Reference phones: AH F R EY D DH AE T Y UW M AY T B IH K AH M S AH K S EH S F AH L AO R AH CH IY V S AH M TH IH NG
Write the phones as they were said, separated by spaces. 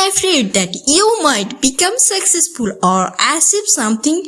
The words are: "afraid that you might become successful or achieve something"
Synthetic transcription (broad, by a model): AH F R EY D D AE T Y UW M AY T B IH K AH M S AH K S EH S F AH L AO R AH S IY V S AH M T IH NG